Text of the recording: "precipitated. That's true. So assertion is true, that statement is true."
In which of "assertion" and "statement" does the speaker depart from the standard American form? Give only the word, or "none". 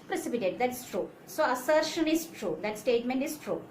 none